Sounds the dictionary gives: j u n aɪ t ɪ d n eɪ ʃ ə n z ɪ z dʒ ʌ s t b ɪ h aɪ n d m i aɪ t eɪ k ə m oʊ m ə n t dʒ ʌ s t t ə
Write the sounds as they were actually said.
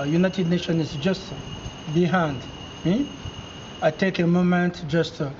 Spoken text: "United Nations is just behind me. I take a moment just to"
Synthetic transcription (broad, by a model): j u n aɪ t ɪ d n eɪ ʃ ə n ɪ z dʒ ʌ s t b ɪ h aɪ n d m i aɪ t eɪ k ə m oʊ m ə n t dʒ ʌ s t t